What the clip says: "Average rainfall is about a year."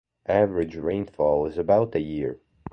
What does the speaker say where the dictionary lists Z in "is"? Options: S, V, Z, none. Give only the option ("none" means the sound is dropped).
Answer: Z